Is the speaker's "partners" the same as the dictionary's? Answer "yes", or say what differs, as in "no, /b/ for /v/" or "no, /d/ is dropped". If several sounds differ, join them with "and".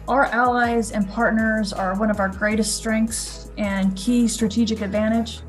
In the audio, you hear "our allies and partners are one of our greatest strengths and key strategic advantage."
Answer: yes